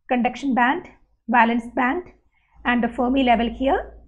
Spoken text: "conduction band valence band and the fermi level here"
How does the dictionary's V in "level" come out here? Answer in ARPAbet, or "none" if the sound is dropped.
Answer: V